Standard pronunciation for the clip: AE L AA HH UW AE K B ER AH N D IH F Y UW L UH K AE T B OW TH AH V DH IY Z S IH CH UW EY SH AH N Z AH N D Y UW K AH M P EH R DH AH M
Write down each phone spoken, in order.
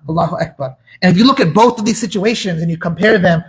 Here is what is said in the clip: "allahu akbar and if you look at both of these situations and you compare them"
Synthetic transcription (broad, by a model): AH L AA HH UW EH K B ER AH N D IH F Y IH L UH K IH T B OW TH AH V DH IY Z S IH CH UW EY SH AH N Z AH N Y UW K AH M P EH R DH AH M